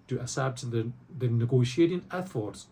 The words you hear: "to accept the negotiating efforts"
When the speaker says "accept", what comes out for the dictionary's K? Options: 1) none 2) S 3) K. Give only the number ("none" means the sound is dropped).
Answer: 1